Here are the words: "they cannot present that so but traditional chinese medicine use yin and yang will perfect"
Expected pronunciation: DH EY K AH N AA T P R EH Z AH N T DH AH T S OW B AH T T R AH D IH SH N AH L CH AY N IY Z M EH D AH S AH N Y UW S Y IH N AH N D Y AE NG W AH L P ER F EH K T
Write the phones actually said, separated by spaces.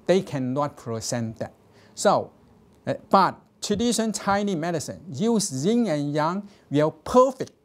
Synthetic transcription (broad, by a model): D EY K AH N AA T P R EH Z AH N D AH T S OW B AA T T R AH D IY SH AH N CH AY N IY M EH D AH S AH N Y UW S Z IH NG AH N Y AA NG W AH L P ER F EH K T